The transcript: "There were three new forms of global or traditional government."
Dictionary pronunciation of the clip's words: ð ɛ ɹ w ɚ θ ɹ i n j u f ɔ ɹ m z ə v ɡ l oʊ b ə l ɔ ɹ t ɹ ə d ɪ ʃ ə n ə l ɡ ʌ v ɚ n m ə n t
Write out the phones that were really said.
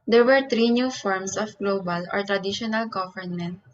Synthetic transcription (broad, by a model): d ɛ ɹ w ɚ t ɹ i n j u f ɔ ɹ m s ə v ɡ l oʊ b ə l ɔ ɹ t ɹ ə d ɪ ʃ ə n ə l ɡ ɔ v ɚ n m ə n t